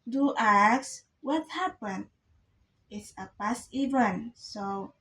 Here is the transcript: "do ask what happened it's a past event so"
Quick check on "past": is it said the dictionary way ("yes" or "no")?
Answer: no